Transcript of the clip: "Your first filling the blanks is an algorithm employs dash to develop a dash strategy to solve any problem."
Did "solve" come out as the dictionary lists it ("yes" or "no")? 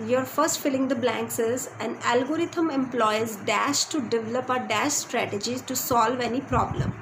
yes